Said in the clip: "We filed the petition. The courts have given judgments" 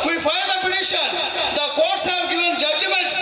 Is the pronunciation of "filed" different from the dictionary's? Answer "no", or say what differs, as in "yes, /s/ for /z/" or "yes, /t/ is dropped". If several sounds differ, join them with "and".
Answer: yes, /l/ is dropped